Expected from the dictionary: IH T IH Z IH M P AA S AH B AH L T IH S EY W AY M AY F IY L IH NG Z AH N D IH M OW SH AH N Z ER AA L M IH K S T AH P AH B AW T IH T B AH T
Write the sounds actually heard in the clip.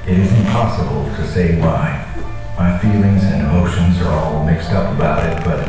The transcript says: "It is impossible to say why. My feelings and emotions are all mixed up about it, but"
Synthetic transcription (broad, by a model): IH T IH Z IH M P AA S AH B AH L T IH S EY W AY M AY F IY L IH NG Z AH N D IH M OW SH AH N Z ER AA L M IH K S T AH P AH B AW T IH T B AH T